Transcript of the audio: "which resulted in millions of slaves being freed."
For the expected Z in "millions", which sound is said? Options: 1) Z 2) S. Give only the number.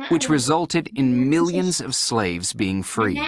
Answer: 1